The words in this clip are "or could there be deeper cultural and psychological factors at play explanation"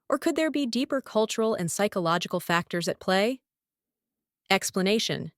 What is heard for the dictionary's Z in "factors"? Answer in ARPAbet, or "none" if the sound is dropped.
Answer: Z